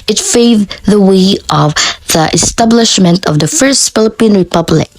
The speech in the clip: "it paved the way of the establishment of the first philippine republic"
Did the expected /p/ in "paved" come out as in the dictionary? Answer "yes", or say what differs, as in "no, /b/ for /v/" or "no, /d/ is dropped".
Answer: no, /f/ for /p/